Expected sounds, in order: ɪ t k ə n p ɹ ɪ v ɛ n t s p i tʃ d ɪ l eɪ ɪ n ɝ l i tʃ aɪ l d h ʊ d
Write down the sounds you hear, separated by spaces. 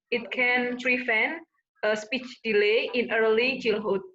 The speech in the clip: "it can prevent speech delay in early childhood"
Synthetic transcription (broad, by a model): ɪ t k ə n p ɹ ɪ f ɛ n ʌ s p i tʃ d ɪ l eɪ ɪ n ɝ l i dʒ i l h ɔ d